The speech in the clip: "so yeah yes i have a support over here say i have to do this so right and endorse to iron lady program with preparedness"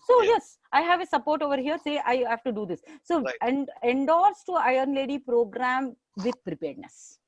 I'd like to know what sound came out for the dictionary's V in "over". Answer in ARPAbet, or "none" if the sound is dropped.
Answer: V